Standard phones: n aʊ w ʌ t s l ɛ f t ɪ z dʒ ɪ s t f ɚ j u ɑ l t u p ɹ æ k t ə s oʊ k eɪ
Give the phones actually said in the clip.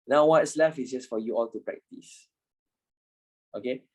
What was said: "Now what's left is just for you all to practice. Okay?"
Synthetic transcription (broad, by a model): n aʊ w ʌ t s l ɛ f ɪ s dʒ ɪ s f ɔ j u ɑ l t u p ɹ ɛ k t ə s oʊ k eɪ